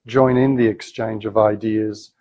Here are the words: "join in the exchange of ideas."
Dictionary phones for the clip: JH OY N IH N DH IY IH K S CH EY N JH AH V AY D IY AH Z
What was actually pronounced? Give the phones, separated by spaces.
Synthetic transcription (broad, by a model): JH OY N IH N DH IY IH K S CH EY N JH AH V AY D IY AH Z